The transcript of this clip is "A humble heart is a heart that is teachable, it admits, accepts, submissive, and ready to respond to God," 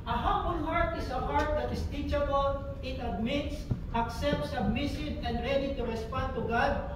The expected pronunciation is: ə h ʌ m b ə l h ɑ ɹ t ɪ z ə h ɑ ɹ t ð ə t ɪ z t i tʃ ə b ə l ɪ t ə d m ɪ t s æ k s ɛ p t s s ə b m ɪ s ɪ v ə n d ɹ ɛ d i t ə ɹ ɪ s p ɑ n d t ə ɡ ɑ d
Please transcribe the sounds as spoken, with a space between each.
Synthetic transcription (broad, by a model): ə h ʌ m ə n h ɑ ɹ t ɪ s ə h ɑ ɹ t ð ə t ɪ s t i tʃ ə b ə l ɪ t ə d m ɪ t s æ k s ɛ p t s s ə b m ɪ s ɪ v ə n d ɹ ɛ d i t ə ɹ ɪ s p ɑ n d t ə ɡ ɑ d